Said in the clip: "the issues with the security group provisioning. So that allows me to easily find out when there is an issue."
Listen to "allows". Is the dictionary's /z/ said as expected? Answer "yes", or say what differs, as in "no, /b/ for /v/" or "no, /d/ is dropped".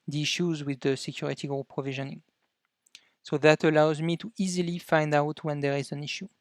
yes